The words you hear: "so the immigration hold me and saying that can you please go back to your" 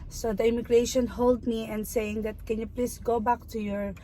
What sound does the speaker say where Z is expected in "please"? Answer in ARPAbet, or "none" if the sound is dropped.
S